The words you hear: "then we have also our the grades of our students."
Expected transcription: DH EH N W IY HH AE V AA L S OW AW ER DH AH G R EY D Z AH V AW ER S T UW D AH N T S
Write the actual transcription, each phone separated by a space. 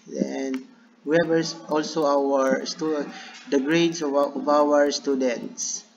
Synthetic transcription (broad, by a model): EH N W IY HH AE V AA L S OW AW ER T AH G R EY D S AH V AW ER S T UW D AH N T S